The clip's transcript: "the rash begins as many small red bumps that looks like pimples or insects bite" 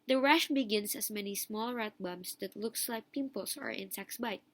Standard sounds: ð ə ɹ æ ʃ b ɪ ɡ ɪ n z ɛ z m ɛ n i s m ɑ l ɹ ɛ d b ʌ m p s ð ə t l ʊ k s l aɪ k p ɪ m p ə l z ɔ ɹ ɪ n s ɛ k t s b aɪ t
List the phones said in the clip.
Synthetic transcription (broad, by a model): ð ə ɹ æ ʃ b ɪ ɡ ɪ n s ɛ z m ɛ n i s m ɑ l ɹ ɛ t b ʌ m s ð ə t l ʊ k s l aɪ k p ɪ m p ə l s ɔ ɹ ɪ n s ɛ k s b aɪ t